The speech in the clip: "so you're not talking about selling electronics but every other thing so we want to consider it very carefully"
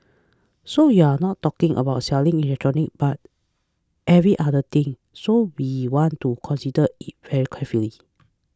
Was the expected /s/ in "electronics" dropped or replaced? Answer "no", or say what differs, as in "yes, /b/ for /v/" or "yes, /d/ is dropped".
yes, /s/ is dropped